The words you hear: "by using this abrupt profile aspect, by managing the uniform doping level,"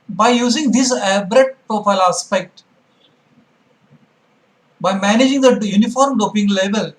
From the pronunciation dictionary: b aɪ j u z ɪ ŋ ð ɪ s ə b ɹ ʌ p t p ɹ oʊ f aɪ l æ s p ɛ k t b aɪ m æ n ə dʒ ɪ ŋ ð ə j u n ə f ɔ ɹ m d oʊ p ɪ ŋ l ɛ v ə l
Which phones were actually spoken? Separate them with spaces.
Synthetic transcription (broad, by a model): b aɪ j u z ɪ ŋ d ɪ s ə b ɹ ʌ t p ɹ oʊ f aɪ l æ s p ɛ k t b aɪ m æ n ə dʒ ɪ ŋ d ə j u n ə f ɔ ɹ m d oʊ p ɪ ŋ l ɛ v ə l